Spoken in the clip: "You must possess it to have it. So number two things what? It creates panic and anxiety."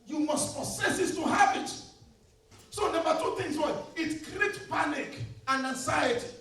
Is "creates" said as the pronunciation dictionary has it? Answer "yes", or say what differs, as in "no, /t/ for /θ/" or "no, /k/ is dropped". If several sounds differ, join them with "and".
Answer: no, /s/ is dropped